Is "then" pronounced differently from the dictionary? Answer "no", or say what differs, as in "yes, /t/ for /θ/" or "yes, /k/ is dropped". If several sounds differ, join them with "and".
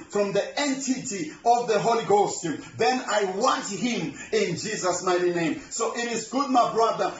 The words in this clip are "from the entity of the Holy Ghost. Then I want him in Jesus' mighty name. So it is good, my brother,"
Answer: no